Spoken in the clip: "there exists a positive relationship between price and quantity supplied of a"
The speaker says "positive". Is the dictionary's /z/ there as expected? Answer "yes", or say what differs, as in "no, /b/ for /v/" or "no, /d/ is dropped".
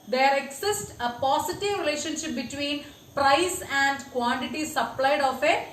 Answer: no, /s/ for /z/